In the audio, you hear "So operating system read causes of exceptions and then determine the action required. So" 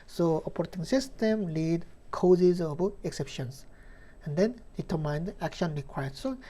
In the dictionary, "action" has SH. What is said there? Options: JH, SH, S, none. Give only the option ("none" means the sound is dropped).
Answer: SH